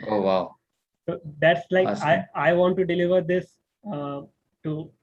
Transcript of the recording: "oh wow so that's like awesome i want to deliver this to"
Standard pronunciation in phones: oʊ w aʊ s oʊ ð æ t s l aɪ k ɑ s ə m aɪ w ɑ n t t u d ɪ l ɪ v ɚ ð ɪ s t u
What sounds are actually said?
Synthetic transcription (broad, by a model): oʊ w aʊ s oʊ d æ t s l aɪ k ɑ ə aɪ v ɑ n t t u d ɪ l ɪ v ɚ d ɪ s t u